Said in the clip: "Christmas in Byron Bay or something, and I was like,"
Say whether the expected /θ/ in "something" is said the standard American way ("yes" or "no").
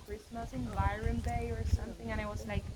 yes